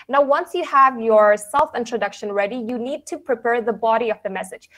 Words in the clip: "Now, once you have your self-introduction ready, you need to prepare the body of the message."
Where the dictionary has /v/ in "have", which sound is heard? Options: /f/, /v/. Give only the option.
/v/